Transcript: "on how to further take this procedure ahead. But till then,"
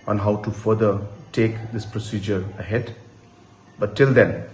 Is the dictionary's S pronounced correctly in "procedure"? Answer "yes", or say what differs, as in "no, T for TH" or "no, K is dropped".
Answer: yes